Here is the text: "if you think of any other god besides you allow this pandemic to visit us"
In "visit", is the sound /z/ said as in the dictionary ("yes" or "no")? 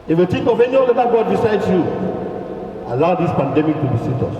no